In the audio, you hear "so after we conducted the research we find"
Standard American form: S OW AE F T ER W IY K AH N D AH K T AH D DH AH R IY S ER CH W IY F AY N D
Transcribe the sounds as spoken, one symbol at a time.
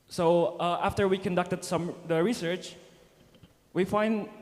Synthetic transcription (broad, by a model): S OW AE F T ER W IY K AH N D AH K T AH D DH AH R IY S ER CH W IY F AY N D